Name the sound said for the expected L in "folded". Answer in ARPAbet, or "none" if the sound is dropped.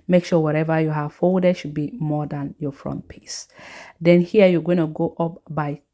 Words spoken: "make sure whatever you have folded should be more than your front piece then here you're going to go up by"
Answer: none